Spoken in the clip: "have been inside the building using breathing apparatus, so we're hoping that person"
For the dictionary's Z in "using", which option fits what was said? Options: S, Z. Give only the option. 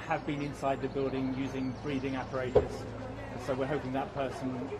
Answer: Z